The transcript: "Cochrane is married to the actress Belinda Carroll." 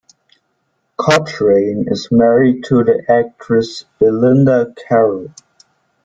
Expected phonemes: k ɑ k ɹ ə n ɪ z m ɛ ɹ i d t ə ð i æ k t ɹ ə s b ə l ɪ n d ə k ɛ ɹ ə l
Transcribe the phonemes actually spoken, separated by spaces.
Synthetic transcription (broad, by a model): k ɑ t ɹ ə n ɪ z m ɛ ɹ i d t ə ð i æ k t ɹ ə s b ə l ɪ n d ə k ɛ ɹ ə l